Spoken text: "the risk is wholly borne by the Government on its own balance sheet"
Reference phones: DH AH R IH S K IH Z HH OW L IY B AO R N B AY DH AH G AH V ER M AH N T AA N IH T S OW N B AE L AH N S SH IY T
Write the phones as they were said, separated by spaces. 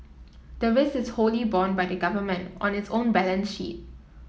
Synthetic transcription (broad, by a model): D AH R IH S IH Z HH OW L IY B AO N B AY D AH G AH V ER M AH N T AA N IH T S OW N B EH L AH N S SH IY T